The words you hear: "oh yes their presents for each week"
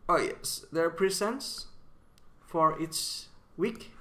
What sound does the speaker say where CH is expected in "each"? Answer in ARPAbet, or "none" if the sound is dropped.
S